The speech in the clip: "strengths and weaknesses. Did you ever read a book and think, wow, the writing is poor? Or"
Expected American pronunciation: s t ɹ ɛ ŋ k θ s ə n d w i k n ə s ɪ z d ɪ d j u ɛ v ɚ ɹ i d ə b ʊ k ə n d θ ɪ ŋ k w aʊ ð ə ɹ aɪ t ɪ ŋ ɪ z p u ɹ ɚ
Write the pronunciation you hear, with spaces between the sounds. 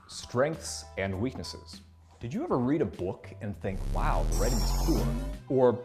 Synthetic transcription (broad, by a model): s t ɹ ɛ ŋ k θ s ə n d w i k n ə s ɪ z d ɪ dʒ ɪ ɛ v ɚ ɹ i d ə b ʊ k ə n θ ɪ ŋ k w aʊ ð ə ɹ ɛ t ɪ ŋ ɪ z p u l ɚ